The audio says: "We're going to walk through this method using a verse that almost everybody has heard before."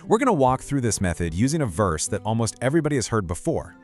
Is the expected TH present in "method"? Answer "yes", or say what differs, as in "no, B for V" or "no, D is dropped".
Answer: yes